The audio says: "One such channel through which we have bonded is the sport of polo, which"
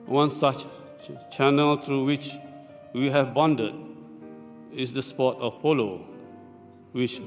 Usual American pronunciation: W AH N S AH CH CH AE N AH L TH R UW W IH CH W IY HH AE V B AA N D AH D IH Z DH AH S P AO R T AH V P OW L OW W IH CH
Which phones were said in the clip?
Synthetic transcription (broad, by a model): W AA N S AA CH CH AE N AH L T R UW W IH CH W IY HH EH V B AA N D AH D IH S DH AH S P AO T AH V P OW L OW W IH CH